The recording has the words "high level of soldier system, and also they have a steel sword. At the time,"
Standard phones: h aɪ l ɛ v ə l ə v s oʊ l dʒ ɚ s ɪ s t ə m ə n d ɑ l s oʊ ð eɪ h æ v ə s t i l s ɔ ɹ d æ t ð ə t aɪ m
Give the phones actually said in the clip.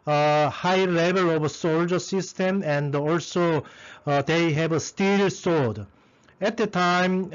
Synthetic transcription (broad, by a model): h aɪ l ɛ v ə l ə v s oʊ l dʒ ɚ s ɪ s t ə m ə n d ɑ l s oʊ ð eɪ h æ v ə s t i l s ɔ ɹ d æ t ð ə t aɪ m